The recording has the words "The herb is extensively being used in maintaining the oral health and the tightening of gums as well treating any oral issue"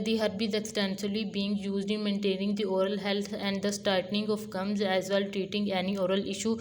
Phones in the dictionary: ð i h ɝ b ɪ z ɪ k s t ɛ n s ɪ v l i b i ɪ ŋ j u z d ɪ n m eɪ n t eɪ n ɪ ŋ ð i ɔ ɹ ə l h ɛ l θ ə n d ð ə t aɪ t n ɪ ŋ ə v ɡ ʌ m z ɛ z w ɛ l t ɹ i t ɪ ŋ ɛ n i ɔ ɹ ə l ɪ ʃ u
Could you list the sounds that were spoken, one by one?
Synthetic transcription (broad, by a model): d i h ɝ b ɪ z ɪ k s t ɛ n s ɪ l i b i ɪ ŋ j u z d ɪ n m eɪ n t eɪ n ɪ ŋ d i ɔ ɹ ə l h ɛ l t ə n d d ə t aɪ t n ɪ ŋ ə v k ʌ m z ɛ z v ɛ l t ɹ i t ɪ ŋ ɛ n i ɔ ɹ ə l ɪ ʃ u